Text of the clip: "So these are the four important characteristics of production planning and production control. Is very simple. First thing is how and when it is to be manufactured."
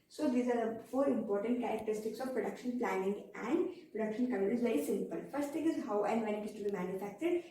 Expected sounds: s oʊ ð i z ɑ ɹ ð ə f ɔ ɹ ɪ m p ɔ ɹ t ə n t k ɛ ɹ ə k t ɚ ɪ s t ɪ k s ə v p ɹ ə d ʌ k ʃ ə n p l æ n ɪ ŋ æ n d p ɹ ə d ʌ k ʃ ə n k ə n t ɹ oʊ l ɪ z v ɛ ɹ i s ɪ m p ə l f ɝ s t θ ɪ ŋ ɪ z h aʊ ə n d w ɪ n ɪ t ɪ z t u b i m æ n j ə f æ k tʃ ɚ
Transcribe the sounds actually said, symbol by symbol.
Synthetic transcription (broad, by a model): s oʊ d i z ɑ ɹ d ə f ɔ ɹ ɪ m p ɔ ɹ t ə n t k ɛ ɹ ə k t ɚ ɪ s t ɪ k s ə v p ɹ ə d ʌ k ʃ ə n p l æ n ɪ ŋ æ n d p ɹ ə d ʌ k ʃ ə n k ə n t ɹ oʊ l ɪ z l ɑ i s ɪ m p ə l f ɝ s t t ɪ ŋ ɪ z h aʊ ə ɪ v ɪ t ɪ s t u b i m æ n j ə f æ k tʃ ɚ